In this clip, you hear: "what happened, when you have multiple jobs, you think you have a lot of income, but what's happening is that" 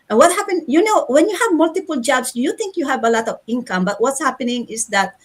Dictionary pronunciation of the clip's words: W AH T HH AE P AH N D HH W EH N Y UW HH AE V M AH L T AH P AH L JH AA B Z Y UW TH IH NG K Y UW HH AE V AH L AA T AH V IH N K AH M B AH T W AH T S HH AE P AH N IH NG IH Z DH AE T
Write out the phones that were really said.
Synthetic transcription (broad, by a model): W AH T HH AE P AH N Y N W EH N Y UW HH AE V M AH L T AH P AH L JH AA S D Y UW T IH NG K Y UW HH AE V AH L AA T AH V IH N K AH M B AH T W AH T S HH AE P AH N IH NG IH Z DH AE T